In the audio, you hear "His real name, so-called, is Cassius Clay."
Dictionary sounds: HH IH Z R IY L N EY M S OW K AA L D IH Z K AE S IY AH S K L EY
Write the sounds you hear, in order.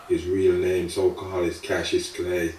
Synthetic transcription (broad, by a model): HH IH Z R IY L N EY M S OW K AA L IH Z K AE SH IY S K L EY